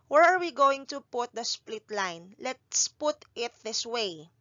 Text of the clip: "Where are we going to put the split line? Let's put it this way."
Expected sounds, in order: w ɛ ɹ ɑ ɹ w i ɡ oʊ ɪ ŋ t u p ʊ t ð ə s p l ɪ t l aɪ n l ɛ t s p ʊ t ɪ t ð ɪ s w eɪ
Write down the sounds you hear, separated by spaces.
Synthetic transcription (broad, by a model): w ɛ ɹ ɑ ɹ w i ɡ oʊ ɪ ŋ t u p ʊ t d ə s p l ɪ t l aɪ n l ɛ t s p ʊ t ɪ t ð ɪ s w eɪ